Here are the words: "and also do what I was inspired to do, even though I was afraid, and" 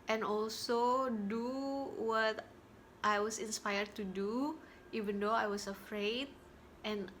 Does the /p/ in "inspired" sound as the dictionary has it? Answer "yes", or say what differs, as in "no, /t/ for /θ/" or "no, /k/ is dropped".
yes